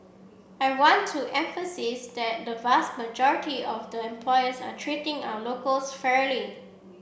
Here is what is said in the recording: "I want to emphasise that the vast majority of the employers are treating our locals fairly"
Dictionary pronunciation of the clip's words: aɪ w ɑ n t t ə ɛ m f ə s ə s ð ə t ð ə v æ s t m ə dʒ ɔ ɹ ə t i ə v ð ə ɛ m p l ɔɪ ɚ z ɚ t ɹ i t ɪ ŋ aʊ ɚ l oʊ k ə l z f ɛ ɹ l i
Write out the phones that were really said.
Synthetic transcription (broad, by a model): aɪ w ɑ n t t ɛ m f ə s ə s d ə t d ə v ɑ s t m ə dʒ ɔ ɹ ə t i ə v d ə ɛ m p l ɔɪ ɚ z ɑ t ɹ i t ɪ ŋ aʊ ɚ l oʊ k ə l s f ɛ ɹ l i